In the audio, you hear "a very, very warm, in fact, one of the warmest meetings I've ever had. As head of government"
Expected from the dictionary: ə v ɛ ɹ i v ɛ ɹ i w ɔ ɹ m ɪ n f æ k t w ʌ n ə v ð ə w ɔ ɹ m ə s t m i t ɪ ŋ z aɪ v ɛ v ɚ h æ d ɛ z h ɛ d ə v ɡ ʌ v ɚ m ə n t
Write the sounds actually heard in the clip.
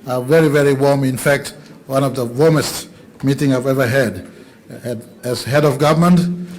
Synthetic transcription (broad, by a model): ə v ɛ ɹ i v ɛ ɹ i w ɔ ɹ m ɪ n f æ k t w ʌ n ə v ð ə w ɔ ɹ m ə s t m i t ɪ ŋ aɪ v ɛ v ɚ h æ d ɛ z h ɛ d ə v ɡ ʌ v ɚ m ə n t